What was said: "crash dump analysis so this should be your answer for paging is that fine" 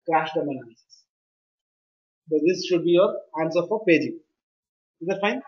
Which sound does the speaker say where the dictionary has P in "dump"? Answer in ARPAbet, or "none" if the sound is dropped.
none